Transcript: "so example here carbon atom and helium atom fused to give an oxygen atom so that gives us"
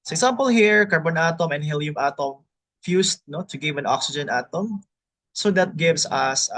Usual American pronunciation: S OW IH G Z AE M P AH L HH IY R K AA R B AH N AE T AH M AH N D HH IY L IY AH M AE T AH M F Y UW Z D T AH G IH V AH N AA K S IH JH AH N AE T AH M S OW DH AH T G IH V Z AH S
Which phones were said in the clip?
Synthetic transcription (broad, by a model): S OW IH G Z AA M P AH L HH IY R K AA R B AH N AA T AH M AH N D HH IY L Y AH M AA T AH M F Y UW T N T AH G IH V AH N AA K S IH JH AH N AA T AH M S OW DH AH T G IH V S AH S